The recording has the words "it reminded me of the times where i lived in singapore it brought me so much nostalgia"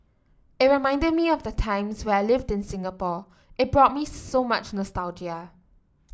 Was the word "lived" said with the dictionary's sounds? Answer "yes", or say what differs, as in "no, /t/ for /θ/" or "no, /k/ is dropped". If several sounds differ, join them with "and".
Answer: yes